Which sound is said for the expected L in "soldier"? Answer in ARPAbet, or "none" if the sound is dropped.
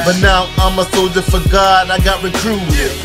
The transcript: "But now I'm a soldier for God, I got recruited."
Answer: none